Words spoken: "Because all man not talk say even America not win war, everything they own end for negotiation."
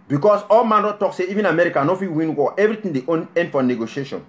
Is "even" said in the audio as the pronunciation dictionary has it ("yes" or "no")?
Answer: yes